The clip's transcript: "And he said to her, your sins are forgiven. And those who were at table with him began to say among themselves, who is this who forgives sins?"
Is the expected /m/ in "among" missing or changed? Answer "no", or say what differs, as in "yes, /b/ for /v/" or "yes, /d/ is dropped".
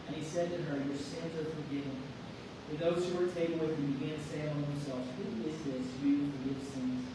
yes, /m/ is dropped